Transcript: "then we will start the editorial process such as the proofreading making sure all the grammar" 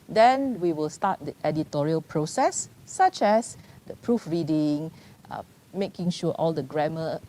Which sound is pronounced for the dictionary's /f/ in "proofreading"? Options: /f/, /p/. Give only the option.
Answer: /f/